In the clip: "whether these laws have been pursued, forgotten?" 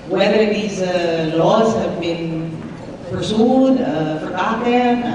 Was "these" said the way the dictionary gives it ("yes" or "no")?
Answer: yes